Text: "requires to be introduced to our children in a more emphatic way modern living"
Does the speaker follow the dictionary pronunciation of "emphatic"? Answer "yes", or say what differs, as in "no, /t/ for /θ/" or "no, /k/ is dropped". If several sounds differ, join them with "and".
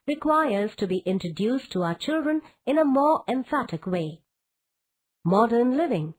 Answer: yes